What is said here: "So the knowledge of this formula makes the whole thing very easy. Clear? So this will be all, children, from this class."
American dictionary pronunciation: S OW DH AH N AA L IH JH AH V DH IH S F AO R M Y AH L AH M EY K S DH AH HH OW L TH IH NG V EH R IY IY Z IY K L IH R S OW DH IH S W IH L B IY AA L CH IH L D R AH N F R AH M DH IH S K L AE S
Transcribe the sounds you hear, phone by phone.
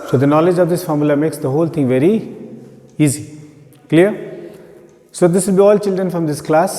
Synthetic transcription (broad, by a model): S OW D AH N AA L IH JH AH V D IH S F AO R M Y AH L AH M EY K S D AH HH OW L T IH NG V EH R IY IY Z IY K L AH R S OW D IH S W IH L B IY AA L CH IH L D R AH N F R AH M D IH S K L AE S